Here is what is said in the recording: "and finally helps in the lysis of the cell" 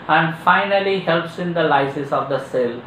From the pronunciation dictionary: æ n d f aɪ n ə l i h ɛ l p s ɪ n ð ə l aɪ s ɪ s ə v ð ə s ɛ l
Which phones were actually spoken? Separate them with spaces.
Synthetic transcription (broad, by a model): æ n d f aɪ n ə l i h ɛ l p s ɪ n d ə l aɪ s ɪ s ə v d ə s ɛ l